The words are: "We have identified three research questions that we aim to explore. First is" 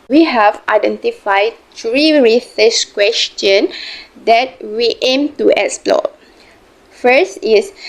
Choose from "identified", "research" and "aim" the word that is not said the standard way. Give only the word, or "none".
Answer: research